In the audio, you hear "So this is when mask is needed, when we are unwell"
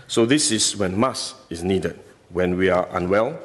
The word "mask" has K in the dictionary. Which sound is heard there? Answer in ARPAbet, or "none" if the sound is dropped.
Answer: none